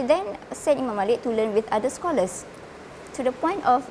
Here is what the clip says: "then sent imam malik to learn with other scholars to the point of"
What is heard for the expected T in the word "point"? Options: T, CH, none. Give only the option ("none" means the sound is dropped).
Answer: T